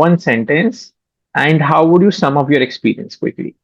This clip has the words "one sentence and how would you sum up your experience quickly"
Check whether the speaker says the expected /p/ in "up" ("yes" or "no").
no